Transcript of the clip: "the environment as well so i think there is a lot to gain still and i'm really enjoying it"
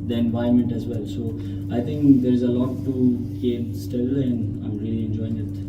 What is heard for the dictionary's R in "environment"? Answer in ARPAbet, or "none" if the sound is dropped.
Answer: none